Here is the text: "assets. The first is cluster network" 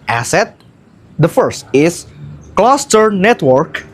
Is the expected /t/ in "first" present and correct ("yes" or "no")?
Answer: yes